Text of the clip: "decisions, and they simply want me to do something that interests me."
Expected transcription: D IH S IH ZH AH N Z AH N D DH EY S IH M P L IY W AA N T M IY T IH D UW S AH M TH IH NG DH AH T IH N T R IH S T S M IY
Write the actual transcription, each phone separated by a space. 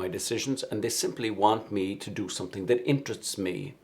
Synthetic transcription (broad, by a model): D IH S IH ZH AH N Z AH N DH EY S IH M P L IY W AA N T M IY T IH D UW S AH M TH IH NG DH AH T IH N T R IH S T S M IY